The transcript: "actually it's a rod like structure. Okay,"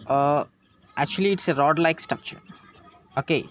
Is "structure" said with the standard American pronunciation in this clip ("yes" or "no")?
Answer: no